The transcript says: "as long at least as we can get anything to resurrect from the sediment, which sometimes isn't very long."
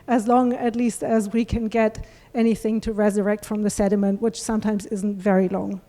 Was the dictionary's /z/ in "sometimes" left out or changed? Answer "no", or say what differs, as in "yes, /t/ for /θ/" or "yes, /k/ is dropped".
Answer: no